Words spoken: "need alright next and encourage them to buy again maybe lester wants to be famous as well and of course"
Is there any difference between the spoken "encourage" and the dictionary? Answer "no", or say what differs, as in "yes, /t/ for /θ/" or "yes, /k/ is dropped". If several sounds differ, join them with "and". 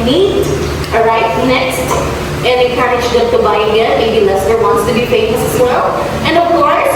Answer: yes, /n/ is dropped